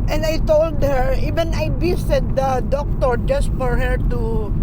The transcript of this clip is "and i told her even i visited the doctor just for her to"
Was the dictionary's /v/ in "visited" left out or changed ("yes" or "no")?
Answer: yes